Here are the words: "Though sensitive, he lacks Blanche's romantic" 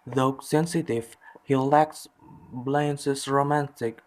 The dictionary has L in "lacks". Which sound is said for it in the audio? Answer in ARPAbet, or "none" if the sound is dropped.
L